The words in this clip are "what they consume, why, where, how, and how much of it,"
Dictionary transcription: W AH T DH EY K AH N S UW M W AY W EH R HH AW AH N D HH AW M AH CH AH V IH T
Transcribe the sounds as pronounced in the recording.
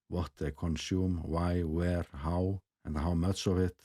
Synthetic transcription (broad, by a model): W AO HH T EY K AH N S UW M W AY W EH R HH AW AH N HH AW M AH S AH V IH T